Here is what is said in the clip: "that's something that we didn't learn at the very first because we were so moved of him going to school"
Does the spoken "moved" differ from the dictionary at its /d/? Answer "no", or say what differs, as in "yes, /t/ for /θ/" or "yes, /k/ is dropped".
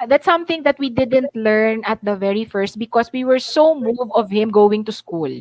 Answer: yes, /d/ is dropped